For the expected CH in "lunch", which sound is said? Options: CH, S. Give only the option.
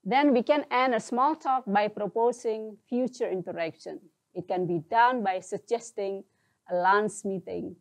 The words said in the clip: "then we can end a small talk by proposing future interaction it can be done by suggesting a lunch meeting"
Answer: S